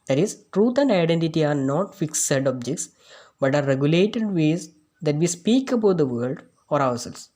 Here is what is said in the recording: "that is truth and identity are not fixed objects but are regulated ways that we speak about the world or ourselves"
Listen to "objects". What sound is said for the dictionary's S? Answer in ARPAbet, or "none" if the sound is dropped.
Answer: S